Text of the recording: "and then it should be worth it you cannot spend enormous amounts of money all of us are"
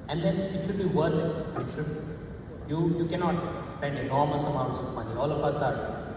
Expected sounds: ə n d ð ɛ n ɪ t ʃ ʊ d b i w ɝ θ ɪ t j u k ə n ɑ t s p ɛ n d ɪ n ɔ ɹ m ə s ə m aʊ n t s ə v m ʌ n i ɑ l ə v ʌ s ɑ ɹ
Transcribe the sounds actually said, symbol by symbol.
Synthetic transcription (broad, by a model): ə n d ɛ n ɪ t ʃ ʊ d b i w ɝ t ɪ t j u k ə n ɑ t s p ɛ n d ɪ n ɔ ɹ m ə s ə m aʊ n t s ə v m ʌ n i ɑ l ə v ʌ s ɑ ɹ